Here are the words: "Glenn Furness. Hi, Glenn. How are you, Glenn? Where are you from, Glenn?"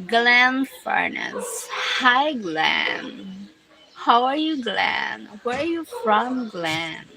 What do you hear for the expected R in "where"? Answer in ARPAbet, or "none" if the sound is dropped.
R